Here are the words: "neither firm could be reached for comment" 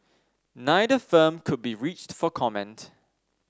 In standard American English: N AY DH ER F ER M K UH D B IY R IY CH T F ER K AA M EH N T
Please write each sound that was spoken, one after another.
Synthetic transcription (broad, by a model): N AY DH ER F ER M K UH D B IY R IY CH T F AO K AA M EH N T